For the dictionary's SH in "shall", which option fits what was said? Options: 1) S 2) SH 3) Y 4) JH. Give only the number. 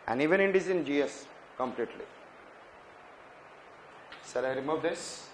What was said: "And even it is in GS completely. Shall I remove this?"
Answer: 1